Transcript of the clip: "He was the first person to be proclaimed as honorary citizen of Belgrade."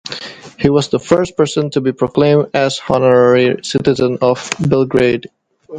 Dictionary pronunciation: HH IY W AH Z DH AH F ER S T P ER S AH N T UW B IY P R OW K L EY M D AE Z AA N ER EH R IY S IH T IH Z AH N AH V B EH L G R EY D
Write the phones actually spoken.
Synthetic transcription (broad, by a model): HH IY W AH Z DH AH F ER S T P ER S AH N T UW B IY P R OW K L EY M D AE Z AA N ER EH R IY S IH T IH Z AH N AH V B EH L G R EY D